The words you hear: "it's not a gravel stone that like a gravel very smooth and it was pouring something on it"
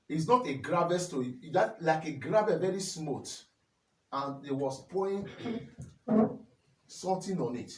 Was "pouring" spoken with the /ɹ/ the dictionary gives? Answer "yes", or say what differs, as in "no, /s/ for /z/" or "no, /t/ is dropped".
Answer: no, /ɹ/ is dropped